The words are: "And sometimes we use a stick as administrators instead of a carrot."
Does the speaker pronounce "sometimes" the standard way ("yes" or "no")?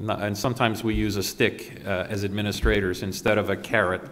yes